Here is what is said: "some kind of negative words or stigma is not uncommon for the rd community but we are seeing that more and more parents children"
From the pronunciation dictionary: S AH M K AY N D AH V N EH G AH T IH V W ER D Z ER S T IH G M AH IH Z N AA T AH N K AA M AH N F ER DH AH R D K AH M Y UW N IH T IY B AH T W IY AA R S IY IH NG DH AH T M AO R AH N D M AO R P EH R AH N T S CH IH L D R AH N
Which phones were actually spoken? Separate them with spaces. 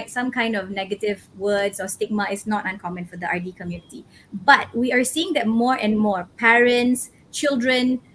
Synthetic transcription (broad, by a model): S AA M K AY N D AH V N EH G AH T IH V W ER D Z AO S T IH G M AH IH S N AA T AH N K AA M AH N F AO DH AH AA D K AH M Y UW N IH T IY B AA T W IY AA R S IY IH NG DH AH T M AO R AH N M AO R P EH R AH N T S CH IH L D R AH N